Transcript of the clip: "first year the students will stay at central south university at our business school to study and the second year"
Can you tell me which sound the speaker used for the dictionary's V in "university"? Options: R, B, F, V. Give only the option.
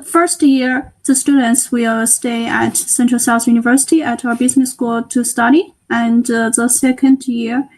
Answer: V